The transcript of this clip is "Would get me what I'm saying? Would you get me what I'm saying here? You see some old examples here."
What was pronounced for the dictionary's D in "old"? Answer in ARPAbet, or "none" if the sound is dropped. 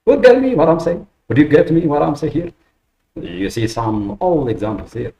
none